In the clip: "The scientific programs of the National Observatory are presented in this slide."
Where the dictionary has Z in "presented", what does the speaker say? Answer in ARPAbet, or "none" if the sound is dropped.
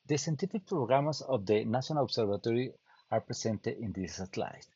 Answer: S